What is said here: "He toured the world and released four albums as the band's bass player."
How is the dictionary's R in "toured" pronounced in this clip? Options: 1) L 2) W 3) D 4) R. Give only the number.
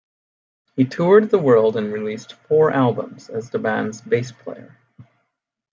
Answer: 4